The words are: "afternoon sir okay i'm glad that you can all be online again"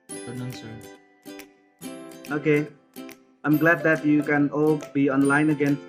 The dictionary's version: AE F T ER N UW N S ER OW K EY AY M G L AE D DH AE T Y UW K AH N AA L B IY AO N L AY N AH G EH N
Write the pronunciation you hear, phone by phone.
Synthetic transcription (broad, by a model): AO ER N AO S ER OW K EY AY M G L AE D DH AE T Y UW K AH N AA L B IY AO N L AY N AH G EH N